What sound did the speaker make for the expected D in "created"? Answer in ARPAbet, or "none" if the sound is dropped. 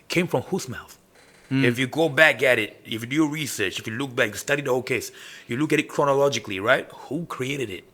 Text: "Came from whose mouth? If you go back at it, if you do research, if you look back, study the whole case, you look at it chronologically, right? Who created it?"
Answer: D